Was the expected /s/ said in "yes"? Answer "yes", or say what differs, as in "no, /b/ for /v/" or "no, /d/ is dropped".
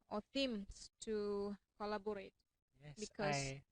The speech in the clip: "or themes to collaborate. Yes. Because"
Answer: no, /s/ is dropped